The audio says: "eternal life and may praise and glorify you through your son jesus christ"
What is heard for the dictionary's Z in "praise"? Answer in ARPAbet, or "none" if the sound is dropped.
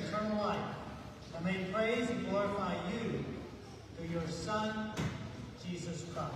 none